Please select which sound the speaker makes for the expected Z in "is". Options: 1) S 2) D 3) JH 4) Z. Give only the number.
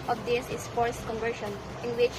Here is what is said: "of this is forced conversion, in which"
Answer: 1